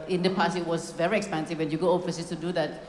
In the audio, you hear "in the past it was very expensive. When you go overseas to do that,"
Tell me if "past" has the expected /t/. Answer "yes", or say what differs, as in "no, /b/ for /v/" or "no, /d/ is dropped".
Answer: no, /t/ is dropped